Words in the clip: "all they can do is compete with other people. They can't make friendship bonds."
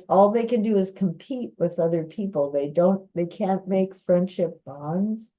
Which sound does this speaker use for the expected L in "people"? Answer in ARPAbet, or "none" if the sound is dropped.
N